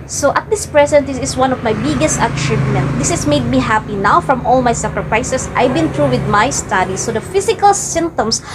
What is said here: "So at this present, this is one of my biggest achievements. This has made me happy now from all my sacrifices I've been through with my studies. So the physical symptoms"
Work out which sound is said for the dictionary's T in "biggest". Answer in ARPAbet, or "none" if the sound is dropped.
T